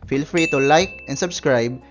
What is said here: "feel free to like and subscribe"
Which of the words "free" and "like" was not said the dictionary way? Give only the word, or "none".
none